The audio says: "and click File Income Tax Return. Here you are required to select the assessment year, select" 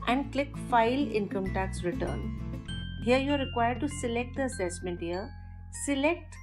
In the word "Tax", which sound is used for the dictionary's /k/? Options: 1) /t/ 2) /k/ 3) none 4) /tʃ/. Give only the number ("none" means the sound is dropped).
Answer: 2